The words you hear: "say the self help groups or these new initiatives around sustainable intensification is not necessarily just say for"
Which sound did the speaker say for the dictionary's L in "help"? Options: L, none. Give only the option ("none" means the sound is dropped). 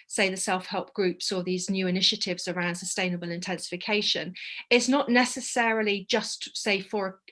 L